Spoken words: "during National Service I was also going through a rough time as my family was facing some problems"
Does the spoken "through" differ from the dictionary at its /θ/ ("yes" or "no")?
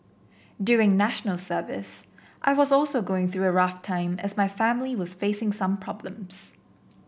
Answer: no